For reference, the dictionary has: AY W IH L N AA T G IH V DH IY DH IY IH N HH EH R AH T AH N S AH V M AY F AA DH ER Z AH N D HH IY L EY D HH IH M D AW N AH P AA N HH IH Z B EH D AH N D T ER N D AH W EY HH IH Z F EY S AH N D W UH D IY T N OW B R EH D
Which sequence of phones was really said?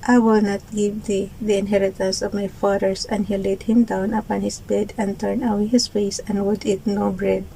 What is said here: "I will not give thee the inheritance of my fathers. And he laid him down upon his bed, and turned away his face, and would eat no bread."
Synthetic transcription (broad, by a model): AY W IH L N AA T G IH V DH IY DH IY IH N HH EH R AH T AH N S AH V M AY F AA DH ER S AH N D HH IY L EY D HH IH M D AW N AH P AA N HH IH S B EH D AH N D T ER N AH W HH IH S F EY S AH N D W UH D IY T N OW B R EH D